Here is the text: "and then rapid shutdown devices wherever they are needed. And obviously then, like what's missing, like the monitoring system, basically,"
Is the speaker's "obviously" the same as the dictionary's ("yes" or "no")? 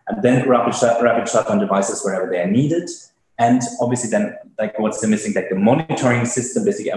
yes